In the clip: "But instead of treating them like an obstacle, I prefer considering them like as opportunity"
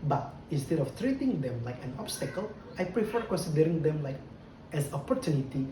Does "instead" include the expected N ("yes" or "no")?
yes